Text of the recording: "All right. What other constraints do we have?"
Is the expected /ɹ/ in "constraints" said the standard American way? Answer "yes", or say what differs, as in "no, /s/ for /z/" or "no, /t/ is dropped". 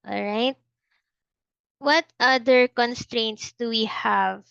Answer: yes